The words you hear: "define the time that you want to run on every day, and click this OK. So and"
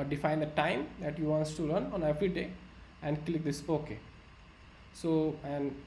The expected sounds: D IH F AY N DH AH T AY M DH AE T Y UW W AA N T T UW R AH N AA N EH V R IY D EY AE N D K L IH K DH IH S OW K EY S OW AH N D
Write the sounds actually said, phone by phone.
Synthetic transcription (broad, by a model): D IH F AY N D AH T AY M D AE T Y UW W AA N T T UW L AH N AA N EH V R IY D EY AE N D K L IH K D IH S OW K EY S OW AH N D